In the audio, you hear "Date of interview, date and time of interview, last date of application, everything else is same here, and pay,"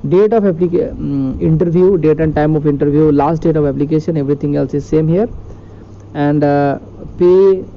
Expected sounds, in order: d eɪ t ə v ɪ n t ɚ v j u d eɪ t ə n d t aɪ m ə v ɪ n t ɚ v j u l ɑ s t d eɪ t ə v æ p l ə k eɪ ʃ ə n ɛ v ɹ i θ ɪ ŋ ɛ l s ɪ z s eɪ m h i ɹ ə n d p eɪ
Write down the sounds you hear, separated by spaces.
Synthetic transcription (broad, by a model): d eɪ t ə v ɪ n t ɚ v j u d eɪ t ə n d t aɪ m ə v ɪ n t ɚ v j u l ɑ s t d eɪ t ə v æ p l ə k eɪ ʃ ə n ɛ v ɹ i t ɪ ŋ ɛ l s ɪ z s eɪ m h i ɹ ə n d p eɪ